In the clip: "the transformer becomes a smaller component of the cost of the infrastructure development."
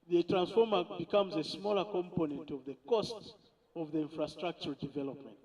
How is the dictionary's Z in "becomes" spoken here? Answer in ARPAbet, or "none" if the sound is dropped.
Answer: Z